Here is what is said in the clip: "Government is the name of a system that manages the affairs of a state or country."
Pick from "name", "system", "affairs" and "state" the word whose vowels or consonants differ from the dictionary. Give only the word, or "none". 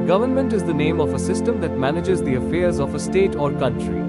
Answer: none